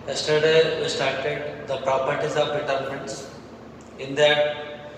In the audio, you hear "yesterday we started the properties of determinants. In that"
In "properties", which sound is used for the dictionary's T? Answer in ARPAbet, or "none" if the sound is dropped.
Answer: T